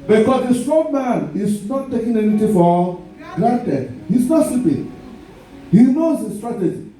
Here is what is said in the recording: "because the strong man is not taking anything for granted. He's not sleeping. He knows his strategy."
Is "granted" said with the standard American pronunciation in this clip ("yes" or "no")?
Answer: no